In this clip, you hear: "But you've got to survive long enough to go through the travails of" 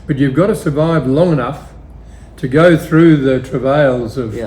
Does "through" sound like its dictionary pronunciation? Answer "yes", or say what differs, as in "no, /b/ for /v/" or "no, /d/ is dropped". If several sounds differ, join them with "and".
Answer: yes